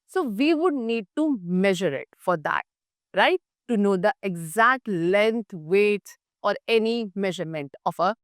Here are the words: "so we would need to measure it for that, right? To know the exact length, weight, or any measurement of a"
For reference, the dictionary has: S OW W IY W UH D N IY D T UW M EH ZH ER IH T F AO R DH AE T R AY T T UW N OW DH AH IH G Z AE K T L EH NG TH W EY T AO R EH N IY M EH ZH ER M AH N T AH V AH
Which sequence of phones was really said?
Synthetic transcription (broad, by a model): S OW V IY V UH D N IY D T UW M EH ZH ER IH T F AO R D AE T R AY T T UW N OW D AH IH G Z AE K T L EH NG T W EY T AO R EH N IY M EH ZH ER M AH N T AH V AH